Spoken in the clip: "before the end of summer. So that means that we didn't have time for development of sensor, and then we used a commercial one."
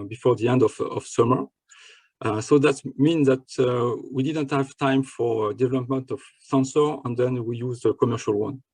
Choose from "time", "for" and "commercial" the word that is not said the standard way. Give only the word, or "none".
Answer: none